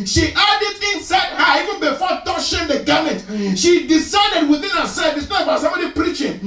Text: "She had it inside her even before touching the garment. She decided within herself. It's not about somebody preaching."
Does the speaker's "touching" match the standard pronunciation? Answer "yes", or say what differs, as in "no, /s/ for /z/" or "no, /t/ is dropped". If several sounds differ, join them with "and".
no, /ʃ/ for /tʃ/